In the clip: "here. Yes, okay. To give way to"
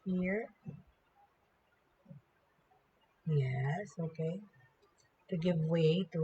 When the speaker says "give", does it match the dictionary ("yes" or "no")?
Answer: yes